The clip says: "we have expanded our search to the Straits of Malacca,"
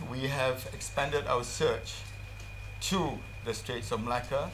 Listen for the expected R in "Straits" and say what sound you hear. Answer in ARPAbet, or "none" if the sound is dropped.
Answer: R